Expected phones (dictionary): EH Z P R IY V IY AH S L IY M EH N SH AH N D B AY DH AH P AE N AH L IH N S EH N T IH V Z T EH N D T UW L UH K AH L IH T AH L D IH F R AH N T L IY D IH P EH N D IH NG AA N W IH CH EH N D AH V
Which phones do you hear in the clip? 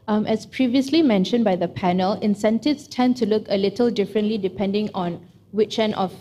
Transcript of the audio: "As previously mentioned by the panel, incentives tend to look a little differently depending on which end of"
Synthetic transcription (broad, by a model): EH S P R IY V IY AH S L IY M EH N SH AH N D B AY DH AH P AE N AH L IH N S EH N T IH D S T EH N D T UW L UH K AH L IH T AH L D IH F R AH N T L IY D IH P EH N D IH NG AA N W IH CH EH N AH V